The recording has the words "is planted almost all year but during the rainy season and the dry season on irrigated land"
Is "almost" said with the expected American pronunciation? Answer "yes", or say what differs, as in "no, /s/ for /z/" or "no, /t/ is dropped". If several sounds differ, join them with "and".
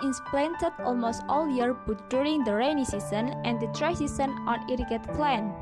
yes